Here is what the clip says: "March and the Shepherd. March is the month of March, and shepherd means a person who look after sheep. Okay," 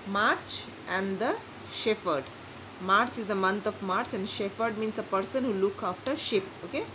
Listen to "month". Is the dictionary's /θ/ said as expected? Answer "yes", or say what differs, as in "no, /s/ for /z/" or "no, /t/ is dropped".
no, /t/ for /θ/